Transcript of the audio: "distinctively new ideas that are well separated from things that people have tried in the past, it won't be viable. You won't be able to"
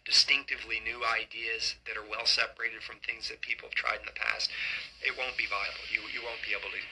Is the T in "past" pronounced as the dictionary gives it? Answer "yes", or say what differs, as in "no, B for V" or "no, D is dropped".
yes